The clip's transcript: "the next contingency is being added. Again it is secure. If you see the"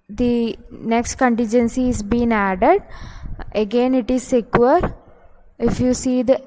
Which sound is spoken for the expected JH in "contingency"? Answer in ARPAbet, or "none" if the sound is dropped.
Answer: JH